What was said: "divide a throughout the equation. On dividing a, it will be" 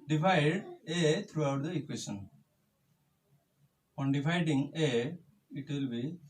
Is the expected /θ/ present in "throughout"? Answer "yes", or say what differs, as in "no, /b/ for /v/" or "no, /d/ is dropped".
no, /t/ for /θ/